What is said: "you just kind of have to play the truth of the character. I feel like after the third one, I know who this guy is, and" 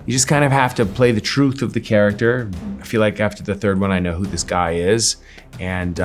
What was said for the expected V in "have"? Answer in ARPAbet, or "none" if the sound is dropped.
F